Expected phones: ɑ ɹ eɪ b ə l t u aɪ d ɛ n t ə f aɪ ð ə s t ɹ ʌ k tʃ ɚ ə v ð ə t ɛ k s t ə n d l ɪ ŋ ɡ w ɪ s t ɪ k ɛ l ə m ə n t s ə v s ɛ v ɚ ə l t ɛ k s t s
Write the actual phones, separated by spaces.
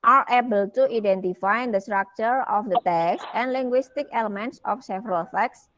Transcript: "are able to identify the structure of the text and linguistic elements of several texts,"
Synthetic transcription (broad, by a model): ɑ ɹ eɪ b ə l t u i d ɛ n t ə f aɪ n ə s t ɹ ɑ k tʃ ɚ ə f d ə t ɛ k s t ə n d l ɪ ŋ ɡ w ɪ s t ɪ k ɛ l ə m ə n t s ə f s ɛ v ɚ ə l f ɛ k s s